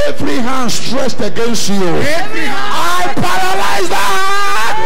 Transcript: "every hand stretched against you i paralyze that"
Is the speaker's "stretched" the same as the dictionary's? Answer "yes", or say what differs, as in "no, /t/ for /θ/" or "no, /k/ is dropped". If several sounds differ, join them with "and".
no, /s/ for /tʃ/